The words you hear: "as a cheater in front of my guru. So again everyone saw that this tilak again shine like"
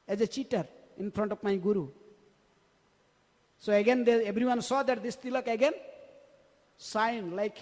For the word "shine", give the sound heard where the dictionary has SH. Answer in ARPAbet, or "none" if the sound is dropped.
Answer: S